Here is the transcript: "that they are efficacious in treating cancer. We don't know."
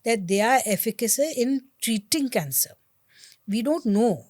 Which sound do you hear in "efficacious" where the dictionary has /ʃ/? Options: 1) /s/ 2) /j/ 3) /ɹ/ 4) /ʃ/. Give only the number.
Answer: 1